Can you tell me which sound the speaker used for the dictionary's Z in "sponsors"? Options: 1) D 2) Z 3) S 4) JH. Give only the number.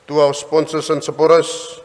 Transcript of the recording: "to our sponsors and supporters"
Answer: 3